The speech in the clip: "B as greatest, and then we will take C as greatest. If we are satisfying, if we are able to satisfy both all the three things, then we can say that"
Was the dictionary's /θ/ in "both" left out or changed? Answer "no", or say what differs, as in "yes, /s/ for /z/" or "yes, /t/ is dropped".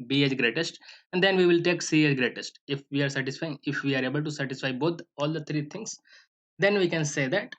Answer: yes, /t/ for /θ/